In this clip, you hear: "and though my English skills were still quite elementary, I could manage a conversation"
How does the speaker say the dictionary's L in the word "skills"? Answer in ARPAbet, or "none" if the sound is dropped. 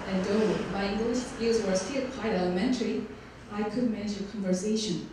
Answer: none